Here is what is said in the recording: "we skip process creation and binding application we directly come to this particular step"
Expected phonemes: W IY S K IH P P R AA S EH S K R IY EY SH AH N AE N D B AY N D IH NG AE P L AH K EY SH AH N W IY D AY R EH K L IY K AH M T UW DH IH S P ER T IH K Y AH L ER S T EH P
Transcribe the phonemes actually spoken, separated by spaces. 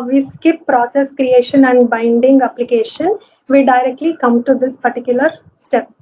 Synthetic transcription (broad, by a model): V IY S K IH P P R AA S EH S K R IY EY SH AH N AE N D B AY N D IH NG AE P L AH K EY SH AH N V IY D AY R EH K L IY K AH M T UW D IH S P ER T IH K Y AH L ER S T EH P